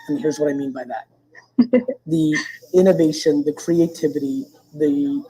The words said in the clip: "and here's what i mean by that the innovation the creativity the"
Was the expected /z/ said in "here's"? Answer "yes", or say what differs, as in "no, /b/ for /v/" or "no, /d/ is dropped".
yes